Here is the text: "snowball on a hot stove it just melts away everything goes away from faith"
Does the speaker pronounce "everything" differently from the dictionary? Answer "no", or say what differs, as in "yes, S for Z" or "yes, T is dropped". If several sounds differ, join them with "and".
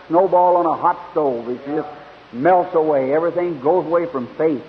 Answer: no